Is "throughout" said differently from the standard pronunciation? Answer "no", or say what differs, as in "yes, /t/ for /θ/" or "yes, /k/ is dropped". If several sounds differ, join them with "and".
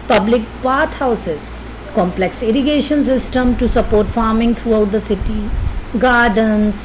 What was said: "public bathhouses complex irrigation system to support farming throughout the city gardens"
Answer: yes, /t/ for /θ/